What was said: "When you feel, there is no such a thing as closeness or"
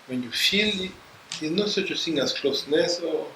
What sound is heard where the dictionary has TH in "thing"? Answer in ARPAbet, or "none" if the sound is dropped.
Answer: S